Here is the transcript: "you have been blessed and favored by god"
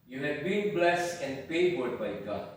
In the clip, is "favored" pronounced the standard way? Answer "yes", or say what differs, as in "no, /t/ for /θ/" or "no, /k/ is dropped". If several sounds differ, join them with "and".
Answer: no, /p/ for /f/